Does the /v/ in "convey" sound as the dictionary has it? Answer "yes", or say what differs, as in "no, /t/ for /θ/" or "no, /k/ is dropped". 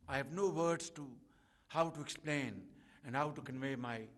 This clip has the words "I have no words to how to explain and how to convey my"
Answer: yes